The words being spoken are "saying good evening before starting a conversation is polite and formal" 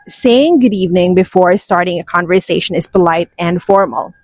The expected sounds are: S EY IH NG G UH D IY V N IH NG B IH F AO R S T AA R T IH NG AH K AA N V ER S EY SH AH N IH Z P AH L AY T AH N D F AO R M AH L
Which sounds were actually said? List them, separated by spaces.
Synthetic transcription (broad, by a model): S EY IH NG G UH D IY V N IH NG B IH F AO R S T AA R T IH NG AH K AA N V ER S EY SH AH N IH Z P AH L AY T AH N D F AO R M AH L